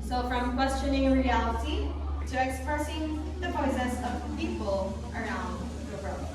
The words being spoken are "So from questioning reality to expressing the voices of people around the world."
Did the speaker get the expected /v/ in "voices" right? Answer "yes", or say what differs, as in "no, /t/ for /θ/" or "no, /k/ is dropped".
no, /p/ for /v/